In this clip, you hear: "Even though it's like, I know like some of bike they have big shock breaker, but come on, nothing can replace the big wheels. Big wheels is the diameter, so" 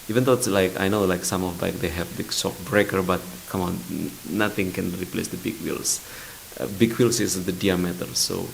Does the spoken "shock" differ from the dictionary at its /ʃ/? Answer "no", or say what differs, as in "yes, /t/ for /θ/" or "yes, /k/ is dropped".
yes, /s/ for /ʃ/